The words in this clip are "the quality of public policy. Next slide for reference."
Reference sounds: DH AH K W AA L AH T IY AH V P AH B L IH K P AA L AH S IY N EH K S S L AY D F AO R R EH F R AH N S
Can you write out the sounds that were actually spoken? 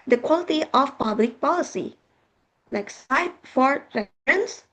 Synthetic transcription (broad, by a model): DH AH K W AA L AH T IY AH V P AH B L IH K P AA L AH S IY L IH K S S AY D F AO R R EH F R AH N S